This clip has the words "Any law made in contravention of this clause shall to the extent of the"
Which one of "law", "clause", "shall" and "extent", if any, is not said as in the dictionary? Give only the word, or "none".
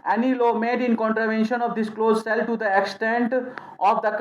shall